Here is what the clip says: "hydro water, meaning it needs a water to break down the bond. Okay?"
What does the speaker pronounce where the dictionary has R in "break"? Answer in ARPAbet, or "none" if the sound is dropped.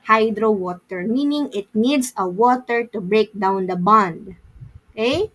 R